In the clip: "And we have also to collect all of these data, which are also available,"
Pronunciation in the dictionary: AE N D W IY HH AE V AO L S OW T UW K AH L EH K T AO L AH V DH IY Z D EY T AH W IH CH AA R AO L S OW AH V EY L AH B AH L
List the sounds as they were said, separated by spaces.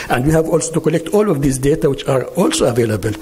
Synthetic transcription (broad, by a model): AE N D W IY HH AE V AO L S OW T UW K AH L EH K T AO L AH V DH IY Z D EY T AH W IH CH AA R AO L S OW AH V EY L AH B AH L